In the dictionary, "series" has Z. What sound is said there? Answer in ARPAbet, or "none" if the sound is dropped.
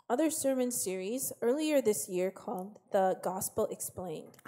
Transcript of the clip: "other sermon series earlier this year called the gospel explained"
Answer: Z